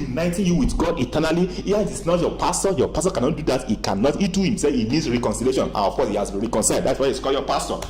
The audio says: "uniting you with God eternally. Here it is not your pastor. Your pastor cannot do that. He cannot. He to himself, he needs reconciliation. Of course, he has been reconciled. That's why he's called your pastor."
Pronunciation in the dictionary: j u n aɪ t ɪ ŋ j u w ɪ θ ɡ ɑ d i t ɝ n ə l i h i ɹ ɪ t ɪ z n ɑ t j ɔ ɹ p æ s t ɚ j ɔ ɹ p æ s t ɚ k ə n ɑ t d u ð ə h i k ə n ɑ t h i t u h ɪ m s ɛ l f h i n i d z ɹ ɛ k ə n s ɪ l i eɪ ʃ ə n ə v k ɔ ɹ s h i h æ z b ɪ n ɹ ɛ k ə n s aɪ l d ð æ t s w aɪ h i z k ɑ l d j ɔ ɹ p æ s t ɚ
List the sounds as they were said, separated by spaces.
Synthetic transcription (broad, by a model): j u n aɪ t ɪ j u w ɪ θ ɡ ɑ d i t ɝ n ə l i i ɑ ɪ t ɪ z n ɑ t j ɔ p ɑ s t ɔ j ɔ p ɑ s t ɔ k ə n ɑ t d u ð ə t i k ə n ɑ t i t u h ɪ m s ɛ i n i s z ɹ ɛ k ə n s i l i eɪ ʃ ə n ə f k ɔ s h i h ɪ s ɹ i k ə n s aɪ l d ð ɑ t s w aɪ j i s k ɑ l j ɔ p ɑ s t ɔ